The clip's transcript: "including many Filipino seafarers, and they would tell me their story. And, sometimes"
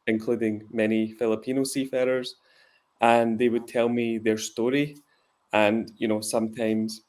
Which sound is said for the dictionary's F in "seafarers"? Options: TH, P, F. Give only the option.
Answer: F